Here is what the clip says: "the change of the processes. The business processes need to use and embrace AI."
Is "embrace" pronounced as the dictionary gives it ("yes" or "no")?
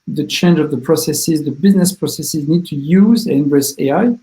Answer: no